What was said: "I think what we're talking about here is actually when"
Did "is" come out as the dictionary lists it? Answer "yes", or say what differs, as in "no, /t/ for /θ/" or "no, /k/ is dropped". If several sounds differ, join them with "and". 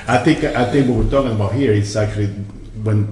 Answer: no, /s/ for /z/